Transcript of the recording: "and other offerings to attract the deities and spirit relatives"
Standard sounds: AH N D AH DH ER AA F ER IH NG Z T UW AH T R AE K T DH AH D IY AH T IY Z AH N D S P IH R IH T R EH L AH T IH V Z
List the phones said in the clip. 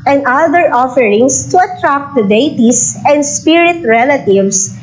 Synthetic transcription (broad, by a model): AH N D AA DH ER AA F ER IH NG S T UW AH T R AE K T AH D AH T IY S AH N D S P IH R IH T R EH L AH T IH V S